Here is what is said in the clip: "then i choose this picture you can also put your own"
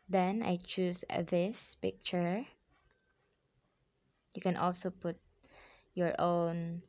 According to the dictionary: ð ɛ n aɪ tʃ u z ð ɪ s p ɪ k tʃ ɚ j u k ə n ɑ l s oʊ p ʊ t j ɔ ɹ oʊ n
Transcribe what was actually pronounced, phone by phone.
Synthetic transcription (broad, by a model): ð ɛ n aɪ tʃ u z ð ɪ s p ɪ k tʃ ɚ j u k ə n ɑ l s oʊ p ʊ t j ɔ ɹ oʊ n